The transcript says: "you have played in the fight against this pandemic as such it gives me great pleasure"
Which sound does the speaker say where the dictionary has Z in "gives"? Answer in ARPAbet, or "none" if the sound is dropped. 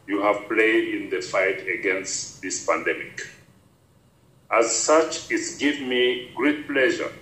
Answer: none